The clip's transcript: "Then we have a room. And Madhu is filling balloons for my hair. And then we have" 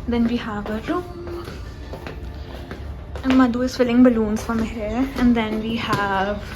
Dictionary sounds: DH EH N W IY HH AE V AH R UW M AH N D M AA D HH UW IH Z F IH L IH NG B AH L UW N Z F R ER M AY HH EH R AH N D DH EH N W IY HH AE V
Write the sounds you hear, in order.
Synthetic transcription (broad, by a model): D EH N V IY HH AE V AH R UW AH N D M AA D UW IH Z F IH L IH NG B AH L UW N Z F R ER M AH HH EH R AH N D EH N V IY HH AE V